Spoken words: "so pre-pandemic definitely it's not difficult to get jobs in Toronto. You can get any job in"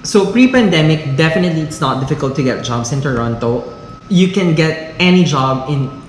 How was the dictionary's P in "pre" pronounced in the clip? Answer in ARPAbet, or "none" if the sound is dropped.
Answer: P